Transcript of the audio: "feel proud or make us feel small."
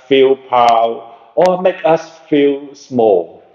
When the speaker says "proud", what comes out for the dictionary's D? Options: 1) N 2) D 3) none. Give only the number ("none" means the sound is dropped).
3